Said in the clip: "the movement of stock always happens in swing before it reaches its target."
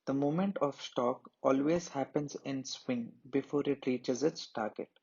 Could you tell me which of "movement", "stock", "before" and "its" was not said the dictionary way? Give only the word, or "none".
movement